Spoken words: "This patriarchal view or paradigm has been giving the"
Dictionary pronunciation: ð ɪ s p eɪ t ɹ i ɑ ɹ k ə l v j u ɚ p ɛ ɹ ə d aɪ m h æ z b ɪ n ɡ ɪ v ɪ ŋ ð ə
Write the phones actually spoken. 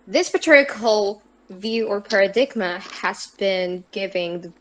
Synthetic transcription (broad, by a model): ð ɪ s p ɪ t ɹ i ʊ k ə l v j u ɚ p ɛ ɹ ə d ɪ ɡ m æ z b ɪ n ɡ ɪ v ɪ ŋ ð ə